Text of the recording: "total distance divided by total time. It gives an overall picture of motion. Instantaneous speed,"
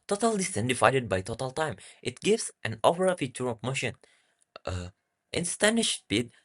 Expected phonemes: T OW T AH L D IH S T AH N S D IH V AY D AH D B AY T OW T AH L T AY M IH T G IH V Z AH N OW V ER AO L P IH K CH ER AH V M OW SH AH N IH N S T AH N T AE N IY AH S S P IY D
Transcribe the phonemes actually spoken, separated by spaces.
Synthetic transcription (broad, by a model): T OW T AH L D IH S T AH N D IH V AY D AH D B AY T OW T AH L T AY M IH T G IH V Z AH N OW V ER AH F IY CH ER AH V M OW SH AH N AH T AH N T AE N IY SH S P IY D